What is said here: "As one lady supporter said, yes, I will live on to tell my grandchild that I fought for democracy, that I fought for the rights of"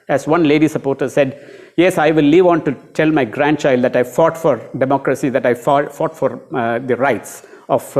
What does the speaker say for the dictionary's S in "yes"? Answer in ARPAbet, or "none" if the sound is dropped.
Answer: S